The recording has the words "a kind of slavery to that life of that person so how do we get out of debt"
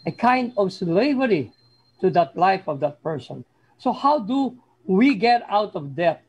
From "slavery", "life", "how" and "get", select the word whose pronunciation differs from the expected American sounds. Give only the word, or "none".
none